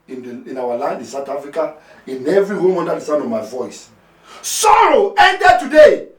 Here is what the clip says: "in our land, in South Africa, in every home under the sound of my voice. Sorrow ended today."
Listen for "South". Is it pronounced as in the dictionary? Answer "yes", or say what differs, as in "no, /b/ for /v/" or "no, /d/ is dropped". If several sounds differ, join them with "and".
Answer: no, /t/ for /θ/